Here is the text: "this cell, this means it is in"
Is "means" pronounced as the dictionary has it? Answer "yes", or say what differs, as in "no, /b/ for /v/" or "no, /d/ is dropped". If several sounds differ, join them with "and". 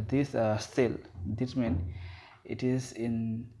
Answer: no, /z/ is dropped